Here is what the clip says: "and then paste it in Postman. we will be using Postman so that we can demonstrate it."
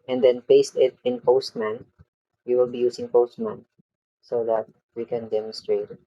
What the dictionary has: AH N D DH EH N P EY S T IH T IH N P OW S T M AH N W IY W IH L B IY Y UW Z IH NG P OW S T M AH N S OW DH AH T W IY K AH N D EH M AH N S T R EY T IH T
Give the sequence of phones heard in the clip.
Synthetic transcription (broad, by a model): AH N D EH N P EY S T IH T IH N P OW S T M AH N W IY W IH L B IY Y UW S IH NG P OW S T M AH N S OW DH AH T W IY K AH N D EH M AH N S T R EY IH T